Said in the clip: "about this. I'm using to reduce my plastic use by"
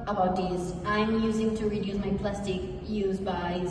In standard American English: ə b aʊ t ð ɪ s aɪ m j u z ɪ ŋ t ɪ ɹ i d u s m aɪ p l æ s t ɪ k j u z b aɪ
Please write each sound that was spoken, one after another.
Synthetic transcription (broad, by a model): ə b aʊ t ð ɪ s aɪ m j u z ɪ ŋ t ɪ ɹ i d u s m aɪ p l æ s t ɪ k j u z b aɪ